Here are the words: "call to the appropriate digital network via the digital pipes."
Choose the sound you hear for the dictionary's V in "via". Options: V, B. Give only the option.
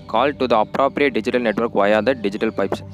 V